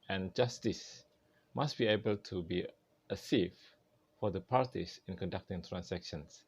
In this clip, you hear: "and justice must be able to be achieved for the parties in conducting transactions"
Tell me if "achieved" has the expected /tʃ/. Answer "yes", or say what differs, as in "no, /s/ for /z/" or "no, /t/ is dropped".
no, /s/ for /tʃ/